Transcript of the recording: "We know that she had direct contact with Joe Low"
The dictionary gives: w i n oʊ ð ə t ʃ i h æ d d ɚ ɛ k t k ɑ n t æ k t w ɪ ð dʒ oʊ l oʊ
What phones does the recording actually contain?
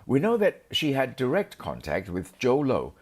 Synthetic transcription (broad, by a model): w i n oʊ ð ə t ʃ i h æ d d ɚ ɛ k t k ɑ n t æ k t w ɪ ð dʒ oʊ l oʊ